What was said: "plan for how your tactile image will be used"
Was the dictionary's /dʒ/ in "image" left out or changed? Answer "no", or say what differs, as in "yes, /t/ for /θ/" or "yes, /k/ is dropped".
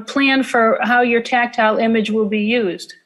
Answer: no